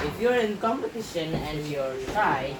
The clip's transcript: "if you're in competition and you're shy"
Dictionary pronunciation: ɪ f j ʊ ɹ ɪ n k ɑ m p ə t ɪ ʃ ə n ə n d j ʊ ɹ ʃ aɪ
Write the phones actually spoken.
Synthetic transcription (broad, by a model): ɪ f j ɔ ɹ ɪ n k ɑ m p ə t ɪ ʃ ə n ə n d j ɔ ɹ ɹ aɪ